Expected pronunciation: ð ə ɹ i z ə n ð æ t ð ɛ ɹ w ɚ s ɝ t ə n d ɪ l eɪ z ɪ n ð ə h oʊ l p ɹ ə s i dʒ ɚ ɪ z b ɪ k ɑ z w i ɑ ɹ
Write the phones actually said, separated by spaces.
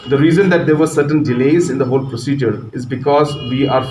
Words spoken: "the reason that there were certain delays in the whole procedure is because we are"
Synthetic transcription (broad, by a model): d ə ɹ i z ə n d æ t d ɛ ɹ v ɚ s ɝ t ə n d ɪ l eɪ z ɪ n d ə h oʊ l p ɹ ə s i dʒ ɚ ɪ z b ɪ k ɑ z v i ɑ ɹ